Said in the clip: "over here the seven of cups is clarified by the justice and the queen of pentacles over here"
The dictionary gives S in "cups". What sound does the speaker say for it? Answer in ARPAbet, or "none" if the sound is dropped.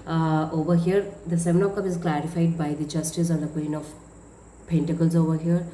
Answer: none